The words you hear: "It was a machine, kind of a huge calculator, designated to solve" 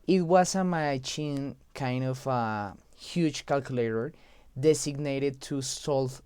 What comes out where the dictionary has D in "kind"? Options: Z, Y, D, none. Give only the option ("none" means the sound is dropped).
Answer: D